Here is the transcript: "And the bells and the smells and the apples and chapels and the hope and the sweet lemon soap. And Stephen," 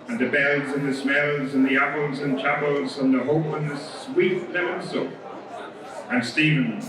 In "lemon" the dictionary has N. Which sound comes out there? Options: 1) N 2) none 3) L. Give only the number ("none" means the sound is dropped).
3